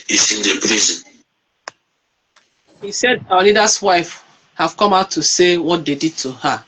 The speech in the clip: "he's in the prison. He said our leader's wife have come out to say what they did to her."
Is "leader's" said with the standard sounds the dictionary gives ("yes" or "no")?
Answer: no